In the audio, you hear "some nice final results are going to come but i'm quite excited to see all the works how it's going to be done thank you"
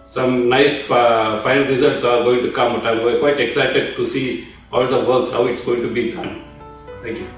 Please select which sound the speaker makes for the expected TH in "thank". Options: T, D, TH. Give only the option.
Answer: T